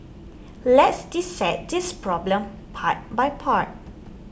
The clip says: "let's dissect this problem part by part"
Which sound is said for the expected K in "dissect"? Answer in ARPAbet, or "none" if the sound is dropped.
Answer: none